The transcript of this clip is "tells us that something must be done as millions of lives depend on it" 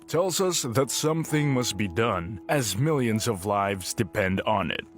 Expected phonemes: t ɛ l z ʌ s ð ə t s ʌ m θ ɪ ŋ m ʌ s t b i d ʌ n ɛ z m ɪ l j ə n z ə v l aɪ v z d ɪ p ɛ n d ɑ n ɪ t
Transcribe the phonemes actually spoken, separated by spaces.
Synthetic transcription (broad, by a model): t ɛ l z ʌ s ð ə t s ʌ m θ ɪ ŋ m ʌ s t b i d ʌ n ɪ z m ɪ l j ə n z ə v l aɪ v z d ɪ p ɛ n d n ɪ t